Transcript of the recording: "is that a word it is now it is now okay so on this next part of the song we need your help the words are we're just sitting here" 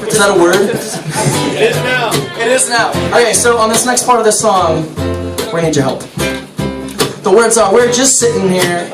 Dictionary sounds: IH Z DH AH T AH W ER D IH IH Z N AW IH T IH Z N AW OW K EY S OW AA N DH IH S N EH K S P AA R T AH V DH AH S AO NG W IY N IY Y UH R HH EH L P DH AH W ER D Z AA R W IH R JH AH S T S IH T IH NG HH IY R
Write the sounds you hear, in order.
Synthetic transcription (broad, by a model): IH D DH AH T AH W ER D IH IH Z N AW IH T IH Z N AW OW K EY S OW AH N DH IH S N EH K S P AA R T AH V DH AH S AO NG W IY N IY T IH HH EH L P DH AH W ER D S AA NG W IH R JH AH S T S IH T IH NG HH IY R